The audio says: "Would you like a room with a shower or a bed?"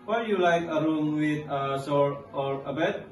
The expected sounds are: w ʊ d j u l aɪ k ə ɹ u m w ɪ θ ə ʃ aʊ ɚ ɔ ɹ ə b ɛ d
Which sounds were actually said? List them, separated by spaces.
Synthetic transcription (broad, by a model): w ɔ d j u l aɪ k ə ɹ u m w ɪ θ ə s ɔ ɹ ɔ ɹ ə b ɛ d